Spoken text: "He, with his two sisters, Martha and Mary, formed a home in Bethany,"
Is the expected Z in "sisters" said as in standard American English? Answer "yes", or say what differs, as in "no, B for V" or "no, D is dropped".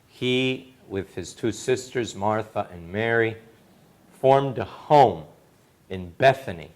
yes